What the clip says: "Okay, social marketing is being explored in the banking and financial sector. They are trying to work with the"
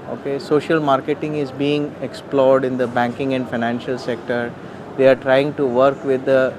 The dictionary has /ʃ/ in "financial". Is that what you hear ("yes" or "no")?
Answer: yes